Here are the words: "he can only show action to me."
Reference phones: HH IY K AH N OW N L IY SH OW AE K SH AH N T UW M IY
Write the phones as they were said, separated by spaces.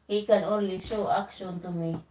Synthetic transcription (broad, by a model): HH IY K AH N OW L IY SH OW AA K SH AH N T UW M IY